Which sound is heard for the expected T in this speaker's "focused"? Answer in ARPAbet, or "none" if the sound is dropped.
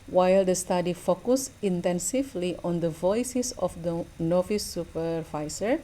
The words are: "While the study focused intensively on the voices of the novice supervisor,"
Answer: none